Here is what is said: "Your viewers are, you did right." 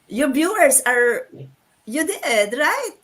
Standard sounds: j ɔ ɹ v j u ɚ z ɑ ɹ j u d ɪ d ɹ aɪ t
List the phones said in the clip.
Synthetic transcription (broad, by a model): j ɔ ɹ b j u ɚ s ɑ ɹ j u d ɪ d ɹ aɪ t